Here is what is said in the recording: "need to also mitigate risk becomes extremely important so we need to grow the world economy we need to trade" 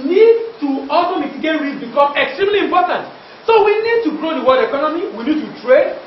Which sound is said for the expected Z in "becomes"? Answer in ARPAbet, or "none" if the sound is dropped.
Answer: none